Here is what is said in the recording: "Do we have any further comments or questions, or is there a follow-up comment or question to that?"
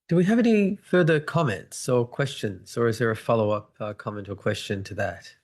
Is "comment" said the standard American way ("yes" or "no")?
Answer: yes